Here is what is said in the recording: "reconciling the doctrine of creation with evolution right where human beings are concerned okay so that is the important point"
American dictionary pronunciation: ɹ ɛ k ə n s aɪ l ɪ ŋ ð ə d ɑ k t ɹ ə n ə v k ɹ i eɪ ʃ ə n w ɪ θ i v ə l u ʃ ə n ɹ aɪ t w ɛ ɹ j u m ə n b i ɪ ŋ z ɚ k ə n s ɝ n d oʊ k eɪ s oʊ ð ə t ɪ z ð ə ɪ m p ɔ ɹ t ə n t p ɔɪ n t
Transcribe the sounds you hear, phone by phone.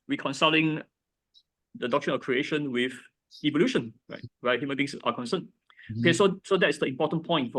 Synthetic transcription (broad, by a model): ɹ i k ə n s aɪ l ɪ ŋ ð ə d ɑ k t ɹ ə n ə f k ɹ i eɪ ʃ ə n w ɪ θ i v ə l u ʃ ə n ɹ aɪ t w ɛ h j u m ə n b i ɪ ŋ s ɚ k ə n s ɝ n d oʊ k eɪ s oʊ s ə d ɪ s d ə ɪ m p ɔ t ə n p ɔɪ n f